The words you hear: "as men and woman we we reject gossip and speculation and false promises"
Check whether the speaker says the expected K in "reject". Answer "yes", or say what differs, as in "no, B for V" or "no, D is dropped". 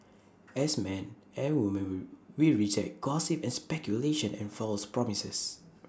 no, K is dropped